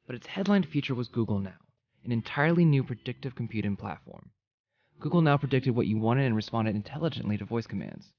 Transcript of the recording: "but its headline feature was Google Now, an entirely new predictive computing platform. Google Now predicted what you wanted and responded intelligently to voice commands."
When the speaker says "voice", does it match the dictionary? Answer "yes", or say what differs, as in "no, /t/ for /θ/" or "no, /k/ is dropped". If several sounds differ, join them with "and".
yes